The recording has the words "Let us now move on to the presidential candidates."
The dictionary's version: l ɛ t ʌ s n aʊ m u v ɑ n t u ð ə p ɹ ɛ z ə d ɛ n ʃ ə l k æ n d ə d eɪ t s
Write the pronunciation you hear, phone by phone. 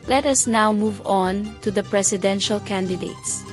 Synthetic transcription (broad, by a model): l ɛ t ʌ s n aʊ m u v ɑ n t u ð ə p ɹ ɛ s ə d ɛ n ʃ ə l k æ n d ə d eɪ t s